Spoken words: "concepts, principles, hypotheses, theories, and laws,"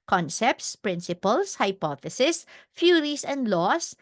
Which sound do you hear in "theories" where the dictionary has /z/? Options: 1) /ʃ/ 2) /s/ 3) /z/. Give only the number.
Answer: 2